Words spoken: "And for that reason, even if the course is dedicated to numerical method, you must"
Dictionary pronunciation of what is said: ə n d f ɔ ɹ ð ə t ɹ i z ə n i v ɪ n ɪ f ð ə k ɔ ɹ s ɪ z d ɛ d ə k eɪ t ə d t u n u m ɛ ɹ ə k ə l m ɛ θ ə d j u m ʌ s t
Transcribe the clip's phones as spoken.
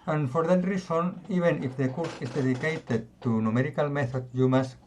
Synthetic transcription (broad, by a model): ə n f ɔ ɹ ð ə t ɹ i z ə n i b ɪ n ɪ f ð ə k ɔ ɹ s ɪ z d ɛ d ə k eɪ t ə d t u n u m ɛ ɹ ə k ə l m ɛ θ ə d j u m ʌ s